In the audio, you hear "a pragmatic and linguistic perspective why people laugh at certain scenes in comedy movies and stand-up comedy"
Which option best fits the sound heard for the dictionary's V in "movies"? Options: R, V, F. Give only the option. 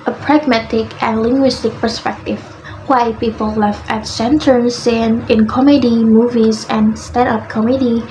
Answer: V